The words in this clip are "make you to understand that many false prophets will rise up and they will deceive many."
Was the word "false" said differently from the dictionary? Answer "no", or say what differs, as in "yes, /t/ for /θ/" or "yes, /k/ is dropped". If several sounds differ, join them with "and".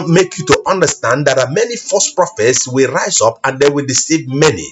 yes, /l/ is dropped